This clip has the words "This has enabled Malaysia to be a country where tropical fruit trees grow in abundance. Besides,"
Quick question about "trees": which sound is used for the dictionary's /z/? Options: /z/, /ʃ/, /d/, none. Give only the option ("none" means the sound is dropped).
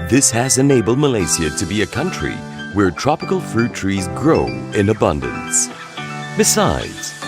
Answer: /z/